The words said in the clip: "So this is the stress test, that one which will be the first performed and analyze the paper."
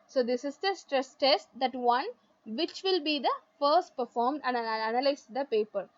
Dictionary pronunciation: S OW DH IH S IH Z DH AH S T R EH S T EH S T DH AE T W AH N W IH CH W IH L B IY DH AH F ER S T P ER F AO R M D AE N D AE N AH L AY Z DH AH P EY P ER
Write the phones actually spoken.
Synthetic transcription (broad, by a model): S OW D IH S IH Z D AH S T R EH S T EH S T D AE T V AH N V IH CH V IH L B IY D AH F ER S T P ER F AO R M D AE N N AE N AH L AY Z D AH P EY P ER